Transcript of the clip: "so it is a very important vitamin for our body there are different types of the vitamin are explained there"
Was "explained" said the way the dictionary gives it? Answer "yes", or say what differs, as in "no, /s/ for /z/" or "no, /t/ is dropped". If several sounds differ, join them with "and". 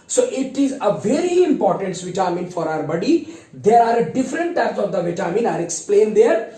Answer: yes